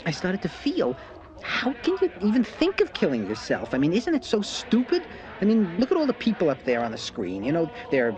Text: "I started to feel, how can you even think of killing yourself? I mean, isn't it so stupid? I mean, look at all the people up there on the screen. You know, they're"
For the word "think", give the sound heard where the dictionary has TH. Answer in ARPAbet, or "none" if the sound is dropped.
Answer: TH